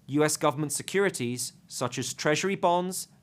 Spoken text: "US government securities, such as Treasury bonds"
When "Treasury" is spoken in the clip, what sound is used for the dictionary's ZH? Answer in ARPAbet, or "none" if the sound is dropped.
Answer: ZH